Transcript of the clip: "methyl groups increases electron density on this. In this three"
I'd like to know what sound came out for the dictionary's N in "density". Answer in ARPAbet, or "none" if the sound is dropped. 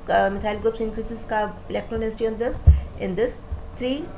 none